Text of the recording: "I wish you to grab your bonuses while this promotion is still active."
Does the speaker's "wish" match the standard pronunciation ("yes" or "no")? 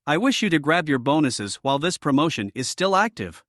yes